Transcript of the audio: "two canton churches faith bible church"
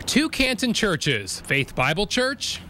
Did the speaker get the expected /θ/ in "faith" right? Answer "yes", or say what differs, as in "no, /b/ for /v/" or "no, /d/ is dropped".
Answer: yes